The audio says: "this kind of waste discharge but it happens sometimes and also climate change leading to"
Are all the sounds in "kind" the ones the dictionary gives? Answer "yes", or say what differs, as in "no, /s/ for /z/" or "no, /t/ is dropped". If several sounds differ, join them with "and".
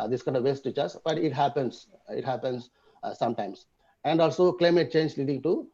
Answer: yes